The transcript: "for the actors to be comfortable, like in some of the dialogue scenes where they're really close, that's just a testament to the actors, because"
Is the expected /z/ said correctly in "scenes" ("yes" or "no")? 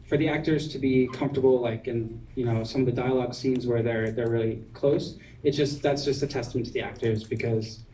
yes